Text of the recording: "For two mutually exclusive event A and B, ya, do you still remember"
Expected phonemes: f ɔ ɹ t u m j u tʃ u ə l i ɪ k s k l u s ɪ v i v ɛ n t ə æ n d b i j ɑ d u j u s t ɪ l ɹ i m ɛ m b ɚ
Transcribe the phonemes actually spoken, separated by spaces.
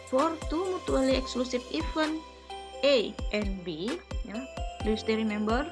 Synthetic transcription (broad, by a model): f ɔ ɹ t u m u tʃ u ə l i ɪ k s k l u s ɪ f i f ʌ n t ə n b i j ɑ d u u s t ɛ ɹ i m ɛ m b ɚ